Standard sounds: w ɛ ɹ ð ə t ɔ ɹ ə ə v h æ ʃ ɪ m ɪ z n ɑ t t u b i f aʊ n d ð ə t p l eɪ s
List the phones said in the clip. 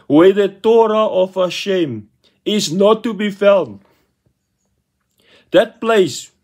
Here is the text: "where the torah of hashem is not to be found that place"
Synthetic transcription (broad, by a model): w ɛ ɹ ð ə t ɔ ɹ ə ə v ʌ ʃ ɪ m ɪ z n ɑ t t u b i f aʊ l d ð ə t p l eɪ s